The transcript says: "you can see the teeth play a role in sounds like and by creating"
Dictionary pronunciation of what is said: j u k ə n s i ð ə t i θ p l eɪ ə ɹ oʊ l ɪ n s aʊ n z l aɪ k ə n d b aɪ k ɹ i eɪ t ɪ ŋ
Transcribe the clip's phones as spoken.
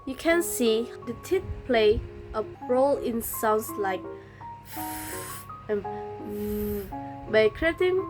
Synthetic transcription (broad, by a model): j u k ə n s i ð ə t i t p l eɪ ə ɹ oʊ l ɪ n s aʊ n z l aɪ k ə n b aɪ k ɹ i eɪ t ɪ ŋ